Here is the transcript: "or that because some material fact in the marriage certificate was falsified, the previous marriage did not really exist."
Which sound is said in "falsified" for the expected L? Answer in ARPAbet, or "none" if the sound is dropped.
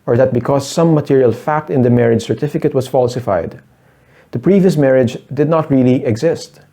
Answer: L